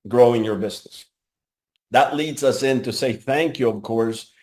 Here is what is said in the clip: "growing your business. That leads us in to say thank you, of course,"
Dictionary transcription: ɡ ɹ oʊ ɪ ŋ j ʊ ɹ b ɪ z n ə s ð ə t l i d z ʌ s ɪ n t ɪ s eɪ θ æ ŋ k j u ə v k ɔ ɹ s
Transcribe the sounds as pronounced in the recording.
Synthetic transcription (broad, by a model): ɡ ɹ oʊ ɪ ŋ j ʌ ɹ b ɪ z n ə s ð ə t l i d z ʌ s ɪ n t ɪ s eɪ θ æ ŋ k j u ə v k ɔ ɹ s